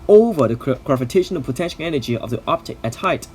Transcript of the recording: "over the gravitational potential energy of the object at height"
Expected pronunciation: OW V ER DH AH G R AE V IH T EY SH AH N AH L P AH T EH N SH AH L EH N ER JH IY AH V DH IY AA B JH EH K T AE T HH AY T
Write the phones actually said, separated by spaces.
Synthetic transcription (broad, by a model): OW V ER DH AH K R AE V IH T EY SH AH N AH P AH T EH N SH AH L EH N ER JH IY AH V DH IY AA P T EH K AE T HH AY T